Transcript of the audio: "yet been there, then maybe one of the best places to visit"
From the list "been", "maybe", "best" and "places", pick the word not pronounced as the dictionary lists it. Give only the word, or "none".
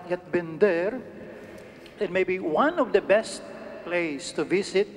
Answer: places